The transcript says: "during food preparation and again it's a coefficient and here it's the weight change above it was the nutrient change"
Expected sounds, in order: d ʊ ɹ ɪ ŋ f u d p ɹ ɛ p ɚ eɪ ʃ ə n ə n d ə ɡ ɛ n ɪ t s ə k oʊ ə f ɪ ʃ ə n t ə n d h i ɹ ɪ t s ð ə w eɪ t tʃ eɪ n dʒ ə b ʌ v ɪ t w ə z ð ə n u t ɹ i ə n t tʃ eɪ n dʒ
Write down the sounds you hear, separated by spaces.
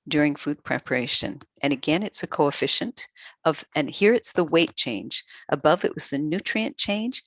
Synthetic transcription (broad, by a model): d ʊ ɹ ɪ ŋ f u d p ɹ ɛ p ɚ eɪ ʃ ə n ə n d ə ɡ ɛ n ɪ t s ə k oʊ ə f ɪ ʃ ə n t ə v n h i ɹ ɪ t s ð ə w eɪ t tʃ eɪ n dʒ ə b ʌ v ɪ t w ə z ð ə n u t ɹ i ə n tʃ eɪ n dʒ